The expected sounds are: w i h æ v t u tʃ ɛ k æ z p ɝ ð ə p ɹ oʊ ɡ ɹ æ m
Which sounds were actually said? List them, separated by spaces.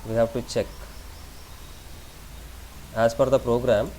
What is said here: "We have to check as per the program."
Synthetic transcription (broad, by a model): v i h æ v t u tʃ ɛ k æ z f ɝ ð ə p ɹ oʊ ɡ ɹ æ m